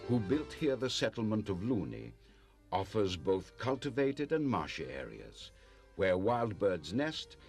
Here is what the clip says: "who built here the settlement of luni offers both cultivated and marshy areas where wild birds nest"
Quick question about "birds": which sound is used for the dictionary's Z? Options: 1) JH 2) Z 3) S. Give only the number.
2